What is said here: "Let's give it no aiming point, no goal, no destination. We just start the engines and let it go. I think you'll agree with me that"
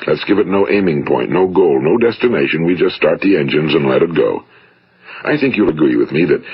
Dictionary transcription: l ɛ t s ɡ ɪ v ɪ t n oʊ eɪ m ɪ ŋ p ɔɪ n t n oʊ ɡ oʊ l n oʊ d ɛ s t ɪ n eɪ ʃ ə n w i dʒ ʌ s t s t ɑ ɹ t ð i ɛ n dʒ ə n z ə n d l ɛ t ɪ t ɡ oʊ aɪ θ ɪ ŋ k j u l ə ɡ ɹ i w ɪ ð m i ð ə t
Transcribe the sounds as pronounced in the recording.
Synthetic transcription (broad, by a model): l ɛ t s ɡ ɪ v ɪ t n oʊ eɪ m ɪ ŋ p ɔɪ n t n oʊ ɡ oʊ l n oʊ d ɛ s t ɪ n eɪ ʃ ə n w i dʒ ʌ s t s t ɑ ɹ t ð i ɛ n dʒ ə n z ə n l ɛ t ɪ t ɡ oʊ aɪ θ ɪ ŋ k j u l ə ɡ ɹ i w ɪ ð m i ð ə t